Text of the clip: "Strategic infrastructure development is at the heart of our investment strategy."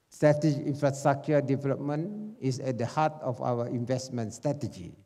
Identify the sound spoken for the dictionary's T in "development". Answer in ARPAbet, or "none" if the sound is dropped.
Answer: none